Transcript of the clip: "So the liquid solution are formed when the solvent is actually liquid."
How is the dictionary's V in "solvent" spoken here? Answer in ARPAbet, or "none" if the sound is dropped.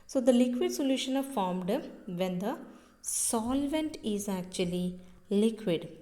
V